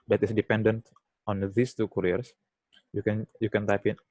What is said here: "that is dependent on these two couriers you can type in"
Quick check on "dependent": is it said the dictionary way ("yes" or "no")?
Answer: yes